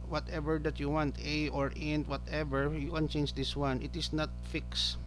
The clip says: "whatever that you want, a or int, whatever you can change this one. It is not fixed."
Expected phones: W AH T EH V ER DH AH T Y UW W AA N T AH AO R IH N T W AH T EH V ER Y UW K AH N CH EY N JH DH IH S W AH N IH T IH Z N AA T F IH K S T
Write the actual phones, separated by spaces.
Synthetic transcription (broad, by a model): W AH T EH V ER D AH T Y UW W AA N T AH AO R IH N T W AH T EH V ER Y UW K AH N CH EY N JH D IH S W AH N IH T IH S N AA T F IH K S